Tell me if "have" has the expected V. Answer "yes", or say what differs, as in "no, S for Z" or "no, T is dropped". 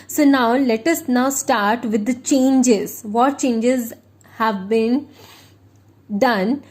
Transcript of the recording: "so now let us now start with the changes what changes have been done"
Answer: yes